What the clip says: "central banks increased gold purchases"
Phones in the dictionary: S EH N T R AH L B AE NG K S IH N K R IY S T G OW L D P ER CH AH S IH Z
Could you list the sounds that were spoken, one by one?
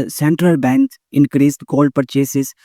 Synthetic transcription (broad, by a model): S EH N T R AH L B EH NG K IH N K R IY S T G OW L D P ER CH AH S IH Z